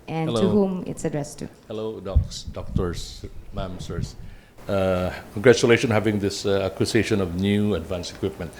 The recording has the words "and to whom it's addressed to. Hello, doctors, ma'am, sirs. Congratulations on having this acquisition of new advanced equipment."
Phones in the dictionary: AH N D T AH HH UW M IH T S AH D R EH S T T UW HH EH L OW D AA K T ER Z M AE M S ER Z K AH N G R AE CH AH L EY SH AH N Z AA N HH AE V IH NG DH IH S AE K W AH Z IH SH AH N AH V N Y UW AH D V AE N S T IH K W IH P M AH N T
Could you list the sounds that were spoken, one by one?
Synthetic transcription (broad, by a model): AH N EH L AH HH UW M IH T S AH D R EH S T T UW HH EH L OW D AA K T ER S M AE M S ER S K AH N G R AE CH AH L EY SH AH AA N HH AE V IH NG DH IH S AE K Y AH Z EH SH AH N AH V N Y UW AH D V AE N S IH K W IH P M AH N T